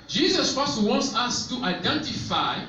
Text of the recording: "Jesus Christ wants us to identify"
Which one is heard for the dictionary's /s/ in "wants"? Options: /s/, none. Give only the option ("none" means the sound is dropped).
/s/